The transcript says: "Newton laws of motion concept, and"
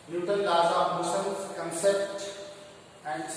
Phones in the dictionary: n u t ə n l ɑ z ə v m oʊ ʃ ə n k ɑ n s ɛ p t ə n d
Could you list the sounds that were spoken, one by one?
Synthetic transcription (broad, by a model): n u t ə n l ɑ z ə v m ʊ s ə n k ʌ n s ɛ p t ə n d